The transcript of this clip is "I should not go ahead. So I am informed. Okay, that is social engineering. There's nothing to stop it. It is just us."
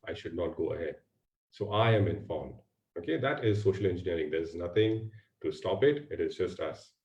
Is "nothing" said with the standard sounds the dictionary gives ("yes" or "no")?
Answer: no